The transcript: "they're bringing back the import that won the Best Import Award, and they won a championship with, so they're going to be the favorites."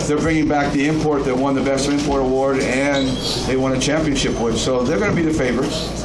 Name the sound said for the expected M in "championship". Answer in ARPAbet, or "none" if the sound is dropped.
M